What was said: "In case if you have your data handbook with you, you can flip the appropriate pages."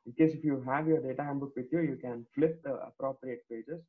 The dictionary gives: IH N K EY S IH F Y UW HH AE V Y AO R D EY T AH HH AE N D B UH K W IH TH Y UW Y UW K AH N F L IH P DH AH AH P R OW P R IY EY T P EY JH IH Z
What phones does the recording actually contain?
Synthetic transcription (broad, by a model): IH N K EY S IH F Y UW HH AE V Y AO R D EY T AH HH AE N B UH K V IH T Y UW Y UW K AH N F L IH P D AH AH P R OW P R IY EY T P EY JH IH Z